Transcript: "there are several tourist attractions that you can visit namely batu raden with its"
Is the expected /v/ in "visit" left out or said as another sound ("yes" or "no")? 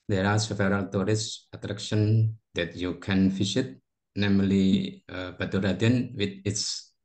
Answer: yes